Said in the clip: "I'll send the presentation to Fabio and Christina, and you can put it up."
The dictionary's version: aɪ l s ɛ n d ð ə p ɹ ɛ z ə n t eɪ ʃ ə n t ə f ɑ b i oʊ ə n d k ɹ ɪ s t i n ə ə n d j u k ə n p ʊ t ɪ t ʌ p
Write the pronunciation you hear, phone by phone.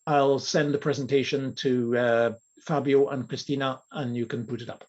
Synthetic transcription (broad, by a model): aɪ l s ɛ n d ð ə p ɹ ɛ z ə n t eɪ ʃ ə n t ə f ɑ b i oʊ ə n k ɹ ɪ s t i n ə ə n j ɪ k ə n p ʊ t ɪ t ʌ p